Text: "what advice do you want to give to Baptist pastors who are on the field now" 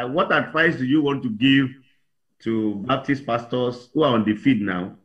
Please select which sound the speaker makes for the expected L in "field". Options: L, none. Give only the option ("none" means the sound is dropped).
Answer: none